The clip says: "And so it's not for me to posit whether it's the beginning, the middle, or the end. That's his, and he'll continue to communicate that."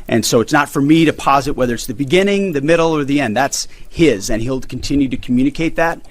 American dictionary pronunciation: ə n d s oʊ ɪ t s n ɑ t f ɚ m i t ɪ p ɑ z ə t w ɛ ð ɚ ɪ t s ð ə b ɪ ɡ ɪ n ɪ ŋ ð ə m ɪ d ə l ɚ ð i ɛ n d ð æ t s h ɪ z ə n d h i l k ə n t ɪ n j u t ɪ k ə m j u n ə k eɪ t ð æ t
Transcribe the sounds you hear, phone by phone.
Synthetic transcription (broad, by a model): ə n s oʊ ɪ t s n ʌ t f ɚ m i t ɪ p ɑ z ə t w ɛ ð ɚ ɪ t s ð ə b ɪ ɡ ɪ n ɪ ŋ ð ə m ɪ d l ɚ ð i ɛ n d ð æ t s h ɪ z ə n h i l k n t ɪ n j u t ɪ k m j u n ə k eɪ t ð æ t